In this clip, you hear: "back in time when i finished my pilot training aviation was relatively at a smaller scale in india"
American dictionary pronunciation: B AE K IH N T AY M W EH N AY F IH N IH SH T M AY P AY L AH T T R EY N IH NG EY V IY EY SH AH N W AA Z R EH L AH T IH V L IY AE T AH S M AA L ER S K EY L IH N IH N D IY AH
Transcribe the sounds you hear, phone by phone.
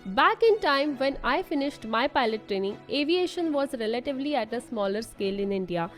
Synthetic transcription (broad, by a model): B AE K IH N T AY M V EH N AY F IH N IH SH T M AY P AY L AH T T R EY N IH NG EY V IY EY SH AH N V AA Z R EH L AH T IH V L IY AE T AH S M AA L ER S K EY L IH N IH N D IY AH